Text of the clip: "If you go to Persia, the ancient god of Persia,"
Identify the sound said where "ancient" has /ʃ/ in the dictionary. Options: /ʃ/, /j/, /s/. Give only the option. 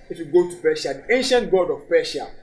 /ʃ/